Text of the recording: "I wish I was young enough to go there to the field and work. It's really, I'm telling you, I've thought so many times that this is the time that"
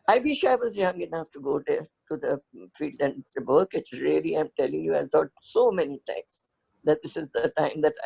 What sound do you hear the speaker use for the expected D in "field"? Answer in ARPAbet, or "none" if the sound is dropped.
D